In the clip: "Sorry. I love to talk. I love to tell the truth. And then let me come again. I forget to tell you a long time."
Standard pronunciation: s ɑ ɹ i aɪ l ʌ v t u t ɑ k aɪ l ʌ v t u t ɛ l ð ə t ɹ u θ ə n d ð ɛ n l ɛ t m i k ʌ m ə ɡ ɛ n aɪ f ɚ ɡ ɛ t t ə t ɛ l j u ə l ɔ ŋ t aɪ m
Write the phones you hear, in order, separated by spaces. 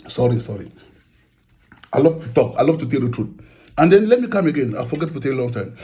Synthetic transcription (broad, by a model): s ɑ ɹ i aɪ l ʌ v t u t ɑ k aɪ l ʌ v t u t ɛ l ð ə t ɹ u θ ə n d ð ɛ n l ɛ t m i k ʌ m ə ɡ ɛ n aɪ f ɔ ɡ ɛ t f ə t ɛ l l ɔ ŋ t aɪ m